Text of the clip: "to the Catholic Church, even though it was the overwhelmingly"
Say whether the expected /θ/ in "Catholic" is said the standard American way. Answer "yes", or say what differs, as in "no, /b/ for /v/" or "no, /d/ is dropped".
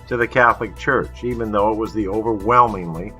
yes